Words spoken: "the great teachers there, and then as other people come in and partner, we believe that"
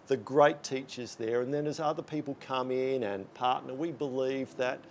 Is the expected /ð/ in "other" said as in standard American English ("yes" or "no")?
yes